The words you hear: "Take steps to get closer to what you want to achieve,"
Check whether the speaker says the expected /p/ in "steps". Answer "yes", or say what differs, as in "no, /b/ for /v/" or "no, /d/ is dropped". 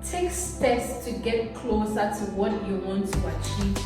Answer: no, /p/ is dropped